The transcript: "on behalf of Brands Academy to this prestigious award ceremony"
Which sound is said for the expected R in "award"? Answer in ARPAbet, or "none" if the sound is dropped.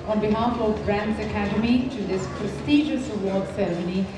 L